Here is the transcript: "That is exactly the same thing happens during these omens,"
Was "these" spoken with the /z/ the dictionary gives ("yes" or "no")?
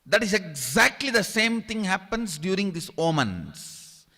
no